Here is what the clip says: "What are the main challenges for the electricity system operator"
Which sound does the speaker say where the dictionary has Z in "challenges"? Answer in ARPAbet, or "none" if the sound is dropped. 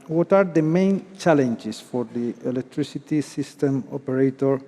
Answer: S